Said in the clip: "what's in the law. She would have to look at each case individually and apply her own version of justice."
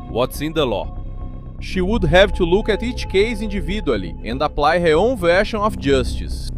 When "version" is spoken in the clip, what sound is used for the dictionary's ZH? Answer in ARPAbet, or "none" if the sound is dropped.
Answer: SH